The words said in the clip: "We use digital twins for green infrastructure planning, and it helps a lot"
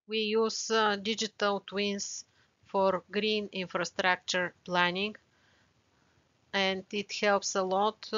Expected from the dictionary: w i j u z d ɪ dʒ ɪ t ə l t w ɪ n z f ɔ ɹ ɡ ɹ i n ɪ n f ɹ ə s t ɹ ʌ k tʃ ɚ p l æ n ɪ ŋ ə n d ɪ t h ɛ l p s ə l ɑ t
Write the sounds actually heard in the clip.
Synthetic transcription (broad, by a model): w i j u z d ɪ dʒ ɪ t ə l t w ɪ n s f ɔ ɹ ɡ ɹ i n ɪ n f ɹ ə s t ɹ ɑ k tʃ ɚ p l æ n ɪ ŋ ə n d ɪ t h ɛ l p s ə l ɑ t